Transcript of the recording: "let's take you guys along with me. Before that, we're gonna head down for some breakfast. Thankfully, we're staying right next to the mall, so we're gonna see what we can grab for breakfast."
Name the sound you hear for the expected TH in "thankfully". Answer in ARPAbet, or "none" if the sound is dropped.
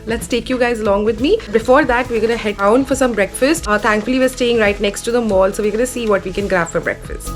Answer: T